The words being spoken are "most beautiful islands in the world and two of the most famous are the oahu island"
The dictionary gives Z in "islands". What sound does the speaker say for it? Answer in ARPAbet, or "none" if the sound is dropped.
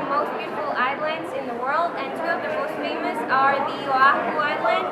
Z